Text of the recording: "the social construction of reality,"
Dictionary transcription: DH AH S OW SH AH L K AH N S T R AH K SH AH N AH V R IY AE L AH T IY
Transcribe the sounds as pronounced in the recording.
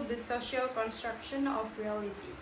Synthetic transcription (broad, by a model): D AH S OW SH AH L K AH N S T R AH K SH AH N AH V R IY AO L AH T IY